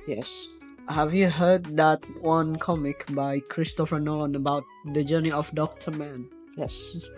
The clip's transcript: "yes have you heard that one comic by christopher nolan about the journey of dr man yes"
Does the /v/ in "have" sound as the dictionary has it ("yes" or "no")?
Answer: yes